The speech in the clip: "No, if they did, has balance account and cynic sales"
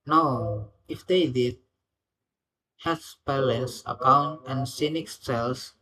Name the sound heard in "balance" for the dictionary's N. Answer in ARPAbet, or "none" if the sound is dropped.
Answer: none